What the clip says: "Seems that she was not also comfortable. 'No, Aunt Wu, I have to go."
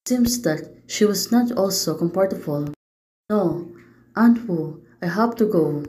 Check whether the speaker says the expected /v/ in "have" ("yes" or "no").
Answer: no